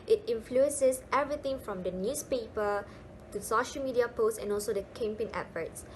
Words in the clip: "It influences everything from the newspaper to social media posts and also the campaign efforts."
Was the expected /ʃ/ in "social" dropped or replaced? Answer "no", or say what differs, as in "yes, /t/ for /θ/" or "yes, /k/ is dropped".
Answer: no